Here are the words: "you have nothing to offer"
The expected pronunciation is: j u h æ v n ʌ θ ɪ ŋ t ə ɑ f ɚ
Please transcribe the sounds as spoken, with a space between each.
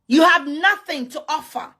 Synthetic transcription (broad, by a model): j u h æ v n ʌ θ ɪ ŋ t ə ɑ f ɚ